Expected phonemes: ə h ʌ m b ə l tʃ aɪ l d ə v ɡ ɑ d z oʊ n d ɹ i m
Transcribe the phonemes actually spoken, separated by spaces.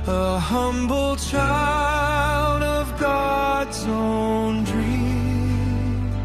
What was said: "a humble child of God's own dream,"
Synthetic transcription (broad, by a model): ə h ʌ m b l tʃ aɪ l d ə v ɡ ɑ d z oʊ n d ɹ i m